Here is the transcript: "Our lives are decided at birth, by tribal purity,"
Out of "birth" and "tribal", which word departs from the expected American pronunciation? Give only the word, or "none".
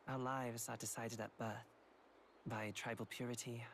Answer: none